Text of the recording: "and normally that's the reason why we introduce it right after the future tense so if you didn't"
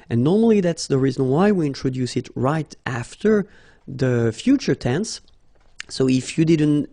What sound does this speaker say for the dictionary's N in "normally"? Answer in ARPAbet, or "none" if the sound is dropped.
N